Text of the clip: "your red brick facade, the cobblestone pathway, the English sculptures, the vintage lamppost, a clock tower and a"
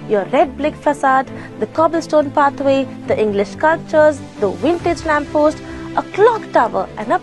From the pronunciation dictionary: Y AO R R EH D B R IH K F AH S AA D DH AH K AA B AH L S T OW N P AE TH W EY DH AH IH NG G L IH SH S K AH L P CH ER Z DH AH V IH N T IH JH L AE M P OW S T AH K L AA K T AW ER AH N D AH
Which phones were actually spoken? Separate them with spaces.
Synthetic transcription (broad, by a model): Y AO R R EH D B L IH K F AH S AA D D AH K AA B AH L S T OW N P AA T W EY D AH IH NG G L IH SH K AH L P CH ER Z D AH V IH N T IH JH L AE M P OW S T AH K L AA K T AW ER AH N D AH